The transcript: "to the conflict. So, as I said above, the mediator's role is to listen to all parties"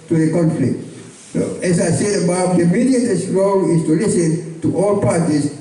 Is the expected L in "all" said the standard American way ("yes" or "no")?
yes